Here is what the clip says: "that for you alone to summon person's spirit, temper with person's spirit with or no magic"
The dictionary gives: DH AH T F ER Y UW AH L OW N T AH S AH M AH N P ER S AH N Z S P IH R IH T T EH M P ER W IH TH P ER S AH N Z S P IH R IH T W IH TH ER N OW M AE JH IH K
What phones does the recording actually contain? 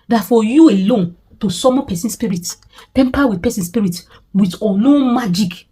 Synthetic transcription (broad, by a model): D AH T F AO Y UW AH L OW N T AH S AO M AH P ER S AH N S P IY R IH T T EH M P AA W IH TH P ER S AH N S P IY R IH T W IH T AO L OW M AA JH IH K